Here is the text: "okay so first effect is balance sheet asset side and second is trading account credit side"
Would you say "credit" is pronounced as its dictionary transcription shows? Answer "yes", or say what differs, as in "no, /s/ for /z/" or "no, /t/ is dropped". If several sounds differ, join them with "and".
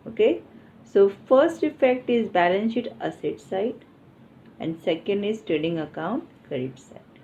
no, /ɹ/ is dropped